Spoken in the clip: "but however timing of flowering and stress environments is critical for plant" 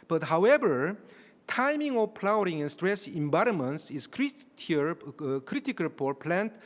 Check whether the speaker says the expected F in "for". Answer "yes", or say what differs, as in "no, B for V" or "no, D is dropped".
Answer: no, P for F